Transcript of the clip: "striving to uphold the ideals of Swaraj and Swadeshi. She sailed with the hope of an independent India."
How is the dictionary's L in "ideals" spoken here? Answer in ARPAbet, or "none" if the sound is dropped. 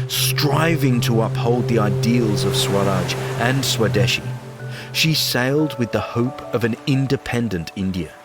L